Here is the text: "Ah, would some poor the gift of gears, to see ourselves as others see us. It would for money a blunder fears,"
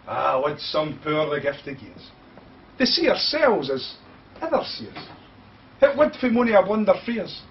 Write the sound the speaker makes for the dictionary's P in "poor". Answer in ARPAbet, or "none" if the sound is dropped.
P